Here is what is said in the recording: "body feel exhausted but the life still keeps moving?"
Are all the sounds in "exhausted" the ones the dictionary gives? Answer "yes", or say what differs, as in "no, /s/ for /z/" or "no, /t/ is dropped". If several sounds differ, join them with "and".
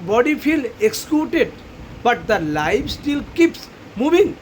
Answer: no, /s/ is dropped